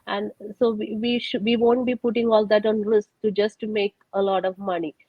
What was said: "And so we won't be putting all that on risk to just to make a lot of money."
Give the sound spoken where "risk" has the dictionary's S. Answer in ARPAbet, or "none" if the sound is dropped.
S